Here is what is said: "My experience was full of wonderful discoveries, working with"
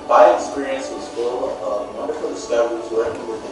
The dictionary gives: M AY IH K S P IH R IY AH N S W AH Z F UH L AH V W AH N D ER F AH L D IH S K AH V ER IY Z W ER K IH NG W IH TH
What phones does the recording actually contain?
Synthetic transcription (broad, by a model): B AY IH K S P IH R IY AH N S W AH Z F UH L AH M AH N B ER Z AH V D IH S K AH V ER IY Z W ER IH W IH